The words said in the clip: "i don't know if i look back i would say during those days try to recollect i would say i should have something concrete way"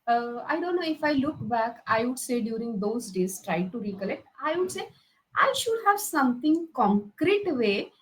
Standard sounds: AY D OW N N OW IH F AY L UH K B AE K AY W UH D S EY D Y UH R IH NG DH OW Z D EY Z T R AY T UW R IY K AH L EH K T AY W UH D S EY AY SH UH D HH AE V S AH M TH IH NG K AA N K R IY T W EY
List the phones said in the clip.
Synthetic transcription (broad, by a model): AY D OW N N OW IH F AY L UH K B AE K AY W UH D S EY D Y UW R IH NG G OW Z D EY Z T R AY T UW R IY K AH L EH K T AY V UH D S EY AY SH UH D HH AE V S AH M T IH NG K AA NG K R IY T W EY